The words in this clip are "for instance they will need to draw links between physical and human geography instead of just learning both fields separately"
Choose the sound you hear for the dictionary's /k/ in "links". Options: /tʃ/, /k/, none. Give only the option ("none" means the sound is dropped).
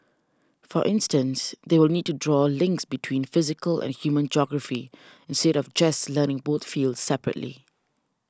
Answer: /k/